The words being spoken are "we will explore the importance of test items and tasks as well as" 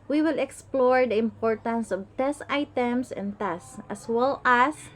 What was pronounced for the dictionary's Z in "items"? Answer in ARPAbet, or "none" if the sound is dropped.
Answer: S